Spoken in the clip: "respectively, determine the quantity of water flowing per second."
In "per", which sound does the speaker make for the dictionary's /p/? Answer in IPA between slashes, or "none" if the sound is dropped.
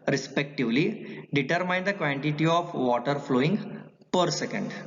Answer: /p/